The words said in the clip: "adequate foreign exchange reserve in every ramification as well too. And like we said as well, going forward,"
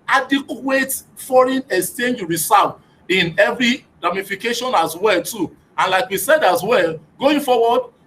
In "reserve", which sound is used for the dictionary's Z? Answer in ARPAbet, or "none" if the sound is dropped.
S